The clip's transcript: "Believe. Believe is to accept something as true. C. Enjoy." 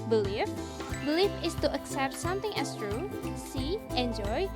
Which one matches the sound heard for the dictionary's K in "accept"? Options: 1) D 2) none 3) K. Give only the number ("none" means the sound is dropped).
3